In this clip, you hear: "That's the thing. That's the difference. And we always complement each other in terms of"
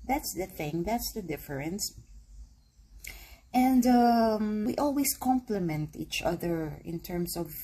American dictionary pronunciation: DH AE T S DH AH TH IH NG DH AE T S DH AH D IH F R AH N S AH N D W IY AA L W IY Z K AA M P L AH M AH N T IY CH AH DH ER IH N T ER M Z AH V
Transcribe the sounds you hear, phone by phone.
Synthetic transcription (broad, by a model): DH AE T S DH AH TH IH NG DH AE T S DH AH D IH F R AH N S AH N D W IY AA L W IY S K AA M P L AH M AH N T IY CH AH DH ER IH N T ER M S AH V